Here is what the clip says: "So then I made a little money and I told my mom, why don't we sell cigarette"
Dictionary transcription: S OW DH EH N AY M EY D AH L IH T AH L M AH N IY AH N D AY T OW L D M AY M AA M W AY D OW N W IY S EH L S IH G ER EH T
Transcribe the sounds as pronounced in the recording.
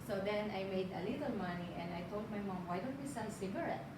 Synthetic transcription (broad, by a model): S OW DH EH N AY M EY D AH L IH T AH L M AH N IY AH N D AY T OW L D M AY M AA M W AY D OW N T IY S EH N S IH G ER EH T